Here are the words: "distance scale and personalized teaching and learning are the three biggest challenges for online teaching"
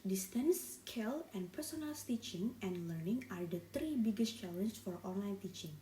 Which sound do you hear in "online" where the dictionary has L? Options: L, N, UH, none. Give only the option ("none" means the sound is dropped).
L